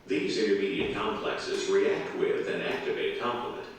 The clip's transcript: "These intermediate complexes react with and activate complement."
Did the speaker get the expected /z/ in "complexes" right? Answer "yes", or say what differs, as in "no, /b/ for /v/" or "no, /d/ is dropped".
yes